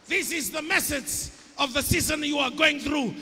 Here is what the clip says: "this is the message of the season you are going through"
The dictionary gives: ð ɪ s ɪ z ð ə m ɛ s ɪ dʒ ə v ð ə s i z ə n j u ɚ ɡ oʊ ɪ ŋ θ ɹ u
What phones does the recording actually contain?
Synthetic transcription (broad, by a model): ð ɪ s ɪ z ð ə m ɛ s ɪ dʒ ə v ð ə s i z ə n j u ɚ ɡ oʊ ɪ ŋ θ ɹ u